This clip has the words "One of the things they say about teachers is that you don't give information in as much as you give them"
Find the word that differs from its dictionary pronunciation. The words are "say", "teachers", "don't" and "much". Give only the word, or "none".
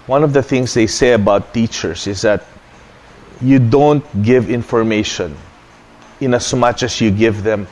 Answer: teachers